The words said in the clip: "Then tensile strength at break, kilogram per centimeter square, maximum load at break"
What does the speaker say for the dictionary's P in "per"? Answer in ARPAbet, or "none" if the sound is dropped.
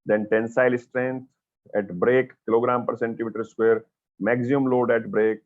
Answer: P